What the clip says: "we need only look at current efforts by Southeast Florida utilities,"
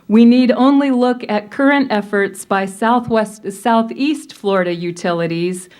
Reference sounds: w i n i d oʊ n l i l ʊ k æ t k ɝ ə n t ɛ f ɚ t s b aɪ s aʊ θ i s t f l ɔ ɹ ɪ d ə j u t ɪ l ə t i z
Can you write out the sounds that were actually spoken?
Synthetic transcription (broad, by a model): w i n i d oʊ n l i l ʊ k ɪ t k ɝ ə n t ɛ f ɚ t s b aɪ s aʊ θ i s t f l ɔ ɹ ɪ d ə j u t ɪ l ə t i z